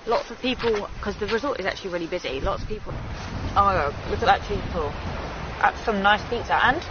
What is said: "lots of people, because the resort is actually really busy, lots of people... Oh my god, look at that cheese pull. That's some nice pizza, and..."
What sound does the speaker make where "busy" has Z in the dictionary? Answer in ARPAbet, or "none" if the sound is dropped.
Z